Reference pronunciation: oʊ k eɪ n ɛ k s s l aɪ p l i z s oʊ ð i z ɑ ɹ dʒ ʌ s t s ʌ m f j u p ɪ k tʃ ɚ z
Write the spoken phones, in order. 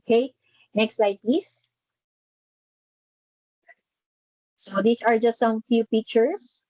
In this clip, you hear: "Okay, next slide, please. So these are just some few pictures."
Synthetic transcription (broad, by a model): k eɪ n ɛ k s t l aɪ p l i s s oʊ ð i s ɑ ɹ dʒ ʌ s t s ʌ m f j u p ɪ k tʃ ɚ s